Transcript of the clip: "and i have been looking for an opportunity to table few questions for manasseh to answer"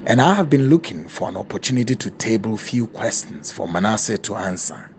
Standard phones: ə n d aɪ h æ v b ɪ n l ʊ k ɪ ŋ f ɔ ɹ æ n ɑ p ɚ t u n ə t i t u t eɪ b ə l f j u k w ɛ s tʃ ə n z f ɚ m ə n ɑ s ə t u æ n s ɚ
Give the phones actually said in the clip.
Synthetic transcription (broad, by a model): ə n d aɪ h æ v b ɪ n l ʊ k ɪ ŋ f ɔ ɹ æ n ɑ p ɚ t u n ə t i t u t eɪ b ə l f j u k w ɛ s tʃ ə n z f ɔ m ə n ɑ s ə t u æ n s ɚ